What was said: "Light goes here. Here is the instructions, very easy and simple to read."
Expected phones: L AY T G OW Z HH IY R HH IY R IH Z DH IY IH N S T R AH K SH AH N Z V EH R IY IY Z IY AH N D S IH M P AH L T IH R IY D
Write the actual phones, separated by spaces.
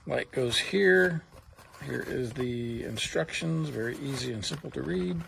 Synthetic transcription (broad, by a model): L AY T G OW Z HH IY R HH IY R IH Z DH IY IH N S T R AH K SH AH N Z V EH R IY IY Z IY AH N S IH M P L T IH R IY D